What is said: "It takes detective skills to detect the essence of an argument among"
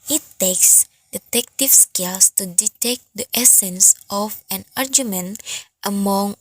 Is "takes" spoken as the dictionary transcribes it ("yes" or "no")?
yes